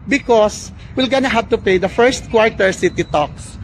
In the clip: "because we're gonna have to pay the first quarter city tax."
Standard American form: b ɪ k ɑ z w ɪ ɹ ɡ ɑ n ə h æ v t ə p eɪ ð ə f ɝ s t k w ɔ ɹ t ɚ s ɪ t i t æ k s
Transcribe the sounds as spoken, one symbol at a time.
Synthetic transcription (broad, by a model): b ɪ k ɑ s w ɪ l ɡ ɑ n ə h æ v t ə p eɪ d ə f ɝ s t k w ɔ ɹ t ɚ s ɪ t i t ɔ k s